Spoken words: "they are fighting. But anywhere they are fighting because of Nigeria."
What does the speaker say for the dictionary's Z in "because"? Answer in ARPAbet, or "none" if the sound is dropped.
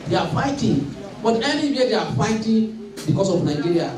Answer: S